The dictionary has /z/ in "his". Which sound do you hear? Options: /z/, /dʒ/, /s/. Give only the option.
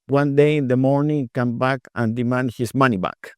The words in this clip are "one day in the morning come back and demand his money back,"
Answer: /s/